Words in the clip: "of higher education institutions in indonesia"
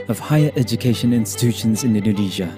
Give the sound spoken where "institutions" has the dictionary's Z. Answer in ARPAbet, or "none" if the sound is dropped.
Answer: Z